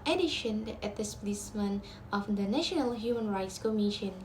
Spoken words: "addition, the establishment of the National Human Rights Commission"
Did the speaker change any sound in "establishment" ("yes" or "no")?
yes